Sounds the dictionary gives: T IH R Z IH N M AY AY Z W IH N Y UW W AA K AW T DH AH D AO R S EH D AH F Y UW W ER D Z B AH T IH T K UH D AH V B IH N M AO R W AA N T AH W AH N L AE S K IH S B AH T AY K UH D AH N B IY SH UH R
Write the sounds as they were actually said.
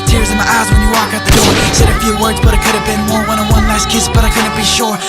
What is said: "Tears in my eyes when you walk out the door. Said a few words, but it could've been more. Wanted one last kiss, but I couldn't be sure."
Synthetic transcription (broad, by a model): T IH R Z IH N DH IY AY Z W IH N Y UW W AA K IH T DH AH D AO R S EH D AH F Y UW W ER D Z B AH T IH T K UH D AH V B IH N M AO R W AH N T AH W AH N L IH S K IH S B AH T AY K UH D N B IY SH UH R